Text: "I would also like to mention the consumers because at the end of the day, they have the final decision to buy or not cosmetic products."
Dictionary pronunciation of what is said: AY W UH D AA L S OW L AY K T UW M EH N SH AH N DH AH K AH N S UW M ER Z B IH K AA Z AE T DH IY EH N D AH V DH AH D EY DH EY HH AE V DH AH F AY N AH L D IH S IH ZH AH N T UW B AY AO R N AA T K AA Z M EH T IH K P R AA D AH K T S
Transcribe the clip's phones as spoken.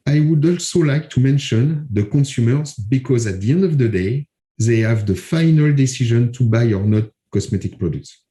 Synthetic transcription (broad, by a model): AY W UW D AA L S OW L AY K T UW M EH N SH AH N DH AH K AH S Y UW M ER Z B IH K AA Z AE T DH IY EH N D AH V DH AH D EY DH EY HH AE V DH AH F AY N AH L D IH S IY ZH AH N T UW B AY AO R N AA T K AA S M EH T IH K P R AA D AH K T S